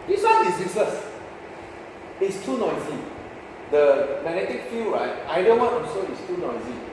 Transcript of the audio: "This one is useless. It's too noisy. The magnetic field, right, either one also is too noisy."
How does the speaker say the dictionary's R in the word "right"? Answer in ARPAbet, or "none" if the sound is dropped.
R